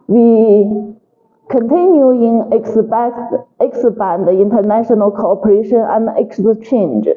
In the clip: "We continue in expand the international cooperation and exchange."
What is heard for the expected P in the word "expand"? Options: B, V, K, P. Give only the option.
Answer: B